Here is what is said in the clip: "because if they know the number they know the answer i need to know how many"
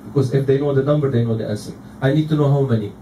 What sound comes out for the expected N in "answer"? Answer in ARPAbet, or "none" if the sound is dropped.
none